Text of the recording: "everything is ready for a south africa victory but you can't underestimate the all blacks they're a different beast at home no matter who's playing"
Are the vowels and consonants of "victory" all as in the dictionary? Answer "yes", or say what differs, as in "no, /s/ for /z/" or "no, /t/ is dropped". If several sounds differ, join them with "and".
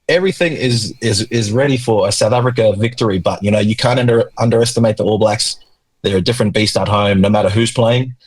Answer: yes